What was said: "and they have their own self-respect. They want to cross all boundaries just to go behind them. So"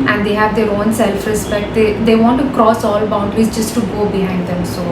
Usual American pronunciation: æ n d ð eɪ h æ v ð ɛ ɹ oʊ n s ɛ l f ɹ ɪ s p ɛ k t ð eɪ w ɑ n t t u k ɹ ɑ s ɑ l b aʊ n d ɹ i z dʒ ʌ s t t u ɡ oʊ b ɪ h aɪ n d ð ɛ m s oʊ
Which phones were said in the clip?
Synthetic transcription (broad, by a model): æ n d eɪ h æ v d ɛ ɹ oʊ n s ɛ l f ɹ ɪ s p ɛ k t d eɪ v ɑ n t t u k ɹ ɑ s ɑ l b aʊ n d ɹ i z dʒ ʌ s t t u ɡ oʊ b ɪ h aɪ n d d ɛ m s oʊ